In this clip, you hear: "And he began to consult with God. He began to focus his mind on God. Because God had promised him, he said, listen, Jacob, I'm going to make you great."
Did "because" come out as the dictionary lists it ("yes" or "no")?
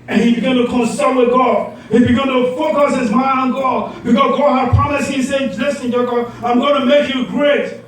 no